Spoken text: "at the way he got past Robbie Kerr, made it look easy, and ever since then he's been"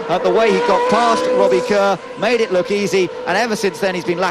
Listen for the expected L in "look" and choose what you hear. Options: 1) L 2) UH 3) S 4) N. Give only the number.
1